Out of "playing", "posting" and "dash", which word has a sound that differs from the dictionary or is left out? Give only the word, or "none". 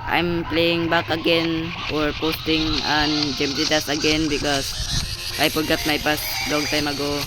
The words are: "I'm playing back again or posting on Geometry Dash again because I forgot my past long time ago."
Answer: dash